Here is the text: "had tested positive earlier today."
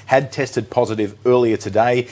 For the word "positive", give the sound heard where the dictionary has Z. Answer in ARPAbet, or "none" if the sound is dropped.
Z